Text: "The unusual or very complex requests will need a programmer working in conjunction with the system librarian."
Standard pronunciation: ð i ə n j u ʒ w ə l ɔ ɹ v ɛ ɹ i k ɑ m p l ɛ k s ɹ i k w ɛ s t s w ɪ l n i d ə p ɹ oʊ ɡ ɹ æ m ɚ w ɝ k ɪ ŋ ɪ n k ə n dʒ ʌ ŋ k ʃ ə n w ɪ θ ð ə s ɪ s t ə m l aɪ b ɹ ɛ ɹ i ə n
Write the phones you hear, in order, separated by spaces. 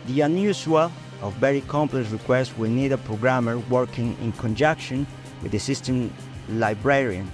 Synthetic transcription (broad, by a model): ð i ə n j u s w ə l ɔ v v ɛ ɹ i k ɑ m p l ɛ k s ɹ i k w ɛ s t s w ɪ l n i d ə p ɹ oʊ ɡ ɹ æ m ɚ w ɝ k ɪ ŋ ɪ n k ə n dʒ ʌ k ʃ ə n w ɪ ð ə s ɪ s t ə m l aɪ b ɹ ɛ ɹ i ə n